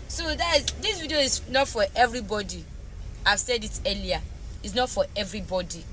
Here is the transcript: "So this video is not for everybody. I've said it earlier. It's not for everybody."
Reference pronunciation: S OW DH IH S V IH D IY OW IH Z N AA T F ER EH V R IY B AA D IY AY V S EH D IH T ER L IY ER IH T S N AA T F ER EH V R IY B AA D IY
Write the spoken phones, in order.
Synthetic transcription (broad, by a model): S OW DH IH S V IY D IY OW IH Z N AA T F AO EH V R IY B AA D IY AY V S EH D IH T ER L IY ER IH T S N AA T F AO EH V R IY B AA D IY